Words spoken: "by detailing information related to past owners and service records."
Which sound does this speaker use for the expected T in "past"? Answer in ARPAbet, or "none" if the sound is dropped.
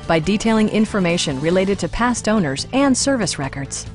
T